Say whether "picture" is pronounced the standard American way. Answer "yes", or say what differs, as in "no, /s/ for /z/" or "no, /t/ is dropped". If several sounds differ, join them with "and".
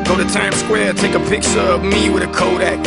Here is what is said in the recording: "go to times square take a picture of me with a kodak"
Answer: no, /s/ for /tʃ/